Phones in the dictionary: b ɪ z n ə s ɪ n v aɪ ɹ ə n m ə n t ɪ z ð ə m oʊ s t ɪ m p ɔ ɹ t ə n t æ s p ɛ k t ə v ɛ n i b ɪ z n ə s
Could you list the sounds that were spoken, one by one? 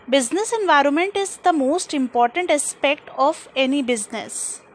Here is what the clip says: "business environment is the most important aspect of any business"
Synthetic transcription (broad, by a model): b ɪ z n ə s ɪ n v aɪ ɹ ə n m ə n t ɪ z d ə m oʊ s t ɪ m p ɔ ɹ t ə n t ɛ s p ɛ k t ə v ɛ n i b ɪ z n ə s